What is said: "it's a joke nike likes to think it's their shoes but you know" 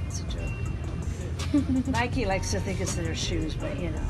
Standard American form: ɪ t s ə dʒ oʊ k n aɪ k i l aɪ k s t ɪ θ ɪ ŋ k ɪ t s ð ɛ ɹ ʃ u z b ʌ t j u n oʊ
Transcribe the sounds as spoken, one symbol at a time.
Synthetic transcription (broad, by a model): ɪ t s ə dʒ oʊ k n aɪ k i l aɪ k s t ɪ θ ɪ ŋ k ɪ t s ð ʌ ɹ ʃ u z b ʌ t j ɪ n oʊ